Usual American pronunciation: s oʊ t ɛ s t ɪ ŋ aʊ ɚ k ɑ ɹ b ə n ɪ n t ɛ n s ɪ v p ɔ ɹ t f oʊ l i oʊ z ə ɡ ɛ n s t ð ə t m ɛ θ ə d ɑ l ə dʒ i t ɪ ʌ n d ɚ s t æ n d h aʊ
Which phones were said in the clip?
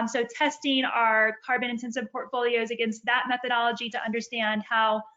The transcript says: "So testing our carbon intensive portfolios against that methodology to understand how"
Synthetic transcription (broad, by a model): s oʊ t ɛ s t ɪ ŋ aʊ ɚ k ɑ ɹ b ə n ɪ n t ɛ n s ɪ v p ɔ ɹ t f oʊ l i oʊ z ə ɡ ɛ n s t ð ə t m ɛ θ ə d ɑ l ə dʒ i t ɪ ʌ n d ɚ s t æ n d h aʊ